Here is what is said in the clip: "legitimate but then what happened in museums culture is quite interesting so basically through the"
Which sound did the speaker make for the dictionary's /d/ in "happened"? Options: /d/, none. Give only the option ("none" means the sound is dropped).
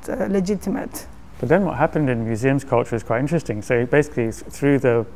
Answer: /d/